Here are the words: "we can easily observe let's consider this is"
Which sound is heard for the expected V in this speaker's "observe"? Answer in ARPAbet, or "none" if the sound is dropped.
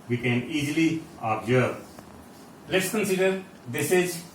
B